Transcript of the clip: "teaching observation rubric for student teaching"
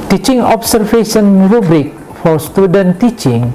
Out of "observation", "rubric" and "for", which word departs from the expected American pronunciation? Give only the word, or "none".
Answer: observation